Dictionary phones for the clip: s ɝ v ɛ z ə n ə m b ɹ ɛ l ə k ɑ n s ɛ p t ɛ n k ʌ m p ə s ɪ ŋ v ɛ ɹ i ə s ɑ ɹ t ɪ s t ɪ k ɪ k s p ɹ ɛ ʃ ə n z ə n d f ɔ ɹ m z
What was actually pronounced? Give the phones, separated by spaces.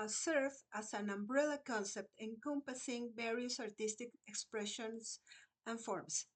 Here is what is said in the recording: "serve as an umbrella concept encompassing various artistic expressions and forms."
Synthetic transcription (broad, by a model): s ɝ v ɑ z ə n ə m b ɹ ɛ l ə k ɑ n s ɛ p t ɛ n k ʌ m p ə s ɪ ŋ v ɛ ɹ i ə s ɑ ɹ t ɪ s t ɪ k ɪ k s p ɹ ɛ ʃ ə n s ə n f ɔ ɹ m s